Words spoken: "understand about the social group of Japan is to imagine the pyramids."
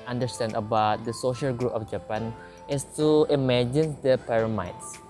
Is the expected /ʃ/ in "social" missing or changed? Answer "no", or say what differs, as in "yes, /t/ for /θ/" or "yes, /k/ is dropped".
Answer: no